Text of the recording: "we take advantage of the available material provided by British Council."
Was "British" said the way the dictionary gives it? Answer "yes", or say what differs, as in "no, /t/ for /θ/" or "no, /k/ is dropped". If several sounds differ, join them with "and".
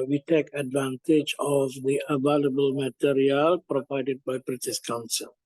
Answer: no, /s/ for /ʃ/